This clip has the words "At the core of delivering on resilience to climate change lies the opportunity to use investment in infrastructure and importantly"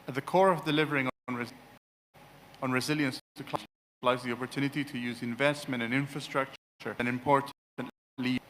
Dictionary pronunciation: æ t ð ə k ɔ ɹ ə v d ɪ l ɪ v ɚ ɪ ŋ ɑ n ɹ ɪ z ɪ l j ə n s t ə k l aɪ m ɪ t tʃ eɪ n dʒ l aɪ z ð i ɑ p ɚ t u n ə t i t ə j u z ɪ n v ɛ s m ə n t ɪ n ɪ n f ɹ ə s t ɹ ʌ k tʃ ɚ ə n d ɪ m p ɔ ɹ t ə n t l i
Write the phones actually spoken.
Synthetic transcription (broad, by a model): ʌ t ð ə k ɔ ɹ ə v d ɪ l ɪ v ɚ ɪ ŋ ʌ n ɹ ɪ z ɪ l j ə n s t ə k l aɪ ɪ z ð i ɑ p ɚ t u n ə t i t ə j u z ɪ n v ɛ s m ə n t ɪ n ɪ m f ɹ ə s t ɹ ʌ k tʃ ɚ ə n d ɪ m p ɔ ɹ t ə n l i